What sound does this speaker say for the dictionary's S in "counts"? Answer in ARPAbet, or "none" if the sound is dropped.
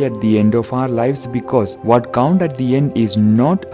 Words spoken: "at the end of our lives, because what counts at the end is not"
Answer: none